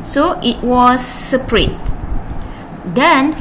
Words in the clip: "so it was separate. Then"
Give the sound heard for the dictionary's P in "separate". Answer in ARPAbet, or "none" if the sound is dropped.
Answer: P